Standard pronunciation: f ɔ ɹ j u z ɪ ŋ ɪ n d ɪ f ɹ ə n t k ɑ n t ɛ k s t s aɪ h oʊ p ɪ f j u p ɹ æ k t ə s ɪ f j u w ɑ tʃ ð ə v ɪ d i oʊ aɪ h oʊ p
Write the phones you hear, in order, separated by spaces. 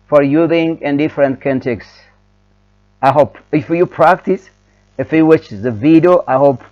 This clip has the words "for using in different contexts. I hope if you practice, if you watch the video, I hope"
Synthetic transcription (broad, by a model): f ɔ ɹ j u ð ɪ ŋ ɪ n d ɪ f ɹ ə n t k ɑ n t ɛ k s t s aɪ h oʊ p ɪ f j u p ɹ æ k t ə s ɪ f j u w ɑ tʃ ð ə v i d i oʊ aɪ h oʊ p